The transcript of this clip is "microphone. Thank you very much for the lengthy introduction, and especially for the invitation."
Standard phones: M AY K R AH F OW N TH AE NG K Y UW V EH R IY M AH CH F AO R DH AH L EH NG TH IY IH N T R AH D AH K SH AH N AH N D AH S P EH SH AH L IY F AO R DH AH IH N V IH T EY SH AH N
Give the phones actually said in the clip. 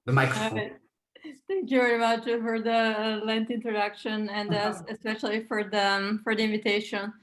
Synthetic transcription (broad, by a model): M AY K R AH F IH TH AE NG K Y UW V EH R IY M AH CH F AO R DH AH L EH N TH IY IH N T R AH D AH K SH AH N AH N D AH S P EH SH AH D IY F AO R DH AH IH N V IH T EY SH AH N